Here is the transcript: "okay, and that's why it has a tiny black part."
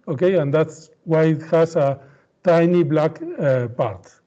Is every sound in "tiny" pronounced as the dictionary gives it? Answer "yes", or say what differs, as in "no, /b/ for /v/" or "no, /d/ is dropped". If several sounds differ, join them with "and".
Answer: yes